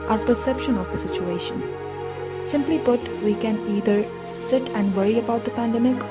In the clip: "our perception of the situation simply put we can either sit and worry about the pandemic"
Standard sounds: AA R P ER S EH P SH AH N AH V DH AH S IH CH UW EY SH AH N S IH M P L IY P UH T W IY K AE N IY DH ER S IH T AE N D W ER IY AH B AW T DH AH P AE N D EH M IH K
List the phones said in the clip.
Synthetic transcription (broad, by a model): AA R P ER S EH P SH AH N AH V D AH S IH CH UW EY SH AH N S IH M P L IY B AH T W IY K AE N IY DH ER S IH T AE N D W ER IY AH B AW T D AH P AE N D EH M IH K